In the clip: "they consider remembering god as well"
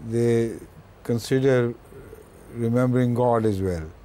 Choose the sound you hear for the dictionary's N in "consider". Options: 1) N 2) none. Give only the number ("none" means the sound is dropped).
1